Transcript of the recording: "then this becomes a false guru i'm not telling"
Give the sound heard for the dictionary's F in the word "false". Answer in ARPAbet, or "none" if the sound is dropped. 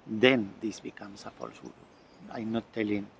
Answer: P